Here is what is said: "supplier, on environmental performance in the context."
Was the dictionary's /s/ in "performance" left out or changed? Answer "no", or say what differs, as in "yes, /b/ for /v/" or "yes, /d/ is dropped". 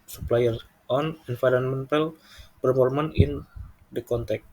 yes, /s/ is dropped